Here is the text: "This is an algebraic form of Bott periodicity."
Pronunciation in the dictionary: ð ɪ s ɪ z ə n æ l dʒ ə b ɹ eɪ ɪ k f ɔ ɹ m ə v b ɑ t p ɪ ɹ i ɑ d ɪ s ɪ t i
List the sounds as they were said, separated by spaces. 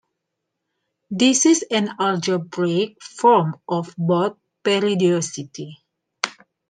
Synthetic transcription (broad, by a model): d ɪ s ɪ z ə n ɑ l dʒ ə b ɹ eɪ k f ɔ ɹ m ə f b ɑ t p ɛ ɹ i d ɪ s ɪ t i